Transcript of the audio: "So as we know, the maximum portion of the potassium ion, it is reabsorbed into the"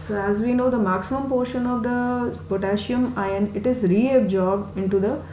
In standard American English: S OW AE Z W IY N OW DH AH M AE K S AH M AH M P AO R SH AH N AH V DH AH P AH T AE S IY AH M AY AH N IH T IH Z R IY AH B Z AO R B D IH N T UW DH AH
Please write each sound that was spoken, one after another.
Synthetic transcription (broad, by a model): S OW AE Z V IY N OW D AH M AE K S AH M AH M P AO R SH AH N AH V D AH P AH T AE SH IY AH M AY AH N IH T IH Z R IY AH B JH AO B IH N T UW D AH